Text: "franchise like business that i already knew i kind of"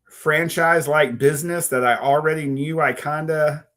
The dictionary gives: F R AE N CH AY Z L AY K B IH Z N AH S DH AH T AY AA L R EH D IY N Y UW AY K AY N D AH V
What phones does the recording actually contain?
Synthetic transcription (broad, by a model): F R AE N CH AY Z L AY K B IH Z N AH S DH AH T AY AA L R EH D IY N Y UW AY K AY N D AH